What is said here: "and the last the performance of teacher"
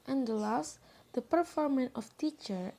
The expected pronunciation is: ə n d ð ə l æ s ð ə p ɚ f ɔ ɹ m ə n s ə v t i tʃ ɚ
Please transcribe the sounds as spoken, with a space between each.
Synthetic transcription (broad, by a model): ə n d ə l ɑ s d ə p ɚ f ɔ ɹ m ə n ə f t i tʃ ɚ